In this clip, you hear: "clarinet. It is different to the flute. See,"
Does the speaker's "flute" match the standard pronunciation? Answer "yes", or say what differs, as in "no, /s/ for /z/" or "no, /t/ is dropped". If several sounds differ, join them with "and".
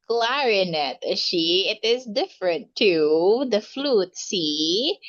yes